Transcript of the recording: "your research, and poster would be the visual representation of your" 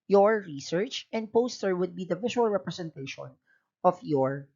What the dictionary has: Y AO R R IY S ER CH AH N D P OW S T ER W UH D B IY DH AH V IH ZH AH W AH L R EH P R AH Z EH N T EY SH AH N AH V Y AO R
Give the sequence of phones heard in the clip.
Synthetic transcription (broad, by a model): Y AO R R IY S ER CH AH N D P OW S T ER W UH D B IY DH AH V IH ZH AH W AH L R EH P R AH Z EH N T EY SH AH N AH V Y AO R